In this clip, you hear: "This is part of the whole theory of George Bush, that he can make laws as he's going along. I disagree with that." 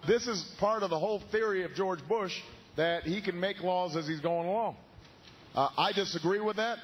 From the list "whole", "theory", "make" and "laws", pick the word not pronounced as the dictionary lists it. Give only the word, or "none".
none